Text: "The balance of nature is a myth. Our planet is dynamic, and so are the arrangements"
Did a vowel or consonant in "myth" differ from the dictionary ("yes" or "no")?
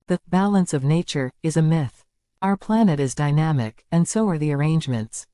no